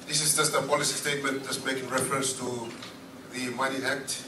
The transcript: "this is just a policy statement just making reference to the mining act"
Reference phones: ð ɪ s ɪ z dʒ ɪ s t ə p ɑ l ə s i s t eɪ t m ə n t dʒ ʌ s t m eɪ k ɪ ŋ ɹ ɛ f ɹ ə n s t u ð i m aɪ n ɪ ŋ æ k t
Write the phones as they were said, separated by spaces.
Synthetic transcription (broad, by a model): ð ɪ s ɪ s dʒ ɪ s t ə p ɑ l ə s i s t eɪ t m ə n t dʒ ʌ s m eɪ k ɪ ŋ ɹ ɛ f ɹ ə n s t u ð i m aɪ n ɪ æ k t